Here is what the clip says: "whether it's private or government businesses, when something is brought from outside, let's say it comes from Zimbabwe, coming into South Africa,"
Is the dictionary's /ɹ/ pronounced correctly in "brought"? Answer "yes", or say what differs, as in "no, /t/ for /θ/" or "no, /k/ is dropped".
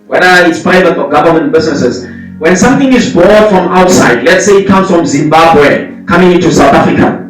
no, /ɹ/ is dropped